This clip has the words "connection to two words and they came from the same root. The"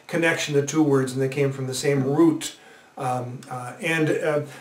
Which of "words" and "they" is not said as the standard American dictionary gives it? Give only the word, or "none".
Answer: none